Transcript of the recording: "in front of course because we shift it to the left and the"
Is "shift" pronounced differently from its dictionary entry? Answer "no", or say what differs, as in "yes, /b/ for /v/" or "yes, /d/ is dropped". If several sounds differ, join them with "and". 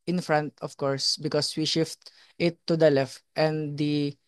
no